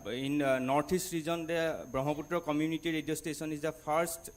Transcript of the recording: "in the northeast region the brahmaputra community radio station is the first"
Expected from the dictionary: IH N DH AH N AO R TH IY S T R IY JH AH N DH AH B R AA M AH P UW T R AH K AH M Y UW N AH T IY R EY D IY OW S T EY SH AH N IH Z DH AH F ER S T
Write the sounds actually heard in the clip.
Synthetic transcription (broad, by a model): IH N N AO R T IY S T R IY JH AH N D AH B R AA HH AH P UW T R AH K AH M Y UW N AH T IY R EY D IY OW S T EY S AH N IH Z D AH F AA S T